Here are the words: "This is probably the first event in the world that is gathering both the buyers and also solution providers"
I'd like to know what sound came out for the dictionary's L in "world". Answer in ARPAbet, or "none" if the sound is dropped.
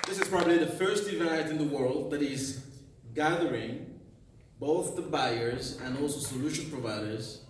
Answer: L